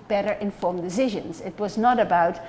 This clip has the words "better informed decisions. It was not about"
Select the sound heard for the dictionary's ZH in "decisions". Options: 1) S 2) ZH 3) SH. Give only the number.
2